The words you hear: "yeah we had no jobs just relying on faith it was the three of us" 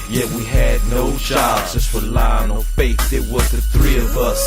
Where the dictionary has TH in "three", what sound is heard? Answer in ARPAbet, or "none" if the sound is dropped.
TH